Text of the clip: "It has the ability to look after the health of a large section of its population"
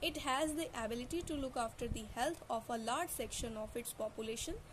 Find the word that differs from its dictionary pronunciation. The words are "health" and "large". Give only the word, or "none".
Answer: health